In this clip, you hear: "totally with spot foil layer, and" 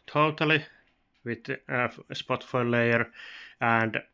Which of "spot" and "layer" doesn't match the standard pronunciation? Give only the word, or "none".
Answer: none